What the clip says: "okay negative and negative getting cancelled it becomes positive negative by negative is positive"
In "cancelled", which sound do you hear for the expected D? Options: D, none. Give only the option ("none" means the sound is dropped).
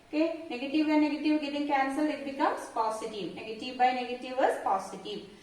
none